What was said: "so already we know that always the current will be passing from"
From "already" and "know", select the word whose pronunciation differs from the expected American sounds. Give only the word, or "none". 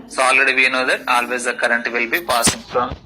already